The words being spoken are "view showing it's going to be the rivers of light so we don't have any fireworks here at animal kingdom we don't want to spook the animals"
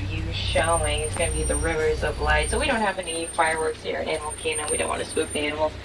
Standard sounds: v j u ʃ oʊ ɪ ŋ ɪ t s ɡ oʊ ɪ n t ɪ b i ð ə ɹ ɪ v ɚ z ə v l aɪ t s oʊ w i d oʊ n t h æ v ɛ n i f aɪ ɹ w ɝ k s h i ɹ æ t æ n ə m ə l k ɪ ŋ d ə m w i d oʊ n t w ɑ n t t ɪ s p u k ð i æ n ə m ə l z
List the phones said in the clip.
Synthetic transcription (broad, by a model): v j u ʃ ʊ ɪ ŋ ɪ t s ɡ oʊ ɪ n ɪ b i ð ə ɹ ɪ v ɚ z ə v l aɪ t s oʊ w i d oʊ n t h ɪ v ɛ n i f aɪ ɹ w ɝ k s h i ɹ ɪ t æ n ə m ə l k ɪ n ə w i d oʊ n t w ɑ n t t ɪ s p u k ð i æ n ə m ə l